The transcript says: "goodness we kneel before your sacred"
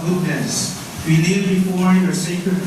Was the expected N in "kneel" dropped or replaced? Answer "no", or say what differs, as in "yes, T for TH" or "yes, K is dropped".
yes, L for N